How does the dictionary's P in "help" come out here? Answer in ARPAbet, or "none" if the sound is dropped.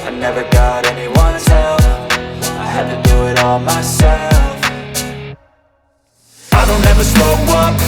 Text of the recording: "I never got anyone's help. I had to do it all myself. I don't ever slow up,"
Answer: F